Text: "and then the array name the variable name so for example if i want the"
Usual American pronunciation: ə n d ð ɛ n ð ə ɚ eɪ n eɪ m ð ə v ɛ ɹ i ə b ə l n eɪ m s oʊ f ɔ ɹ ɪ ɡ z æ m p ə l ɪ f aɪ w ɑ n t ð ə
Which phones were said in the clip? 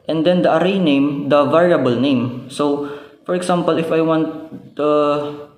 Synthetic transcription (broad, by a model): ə n d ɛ n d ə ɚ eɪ n eɪ m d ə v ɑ ɹ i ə b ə l n eɪ m s oʊ f ɔ ɹ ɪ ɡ s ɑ m p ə l ɪ f aɪ w ɑ n t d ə